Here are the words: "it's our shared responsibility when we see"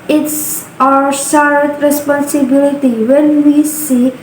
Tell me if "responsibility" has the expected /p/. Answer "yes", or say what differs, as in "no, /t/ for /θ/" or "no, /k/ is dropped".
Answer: yes